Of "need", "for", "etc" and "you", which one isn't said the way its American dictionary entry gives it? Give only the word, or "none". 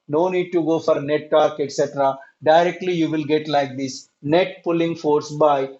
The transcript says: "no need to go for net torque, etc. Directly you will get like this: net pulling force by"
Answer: none